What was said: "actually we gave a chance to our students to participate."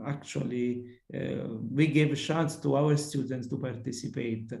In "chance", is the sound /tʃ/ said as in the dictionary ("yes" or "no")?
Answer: no